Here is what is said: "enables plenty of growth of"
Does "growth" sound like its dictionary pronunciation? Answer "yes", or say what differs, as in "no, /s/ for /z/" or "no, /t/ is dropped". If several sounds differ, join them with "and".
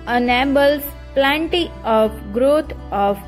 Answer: no, /t/ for /θ/